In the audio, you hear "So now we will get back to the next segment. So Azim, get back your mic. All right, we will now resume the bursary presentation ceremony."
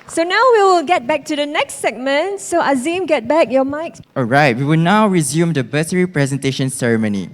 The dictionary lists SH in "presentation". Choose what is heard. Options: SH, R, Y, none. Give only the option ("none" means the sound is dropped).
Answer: SH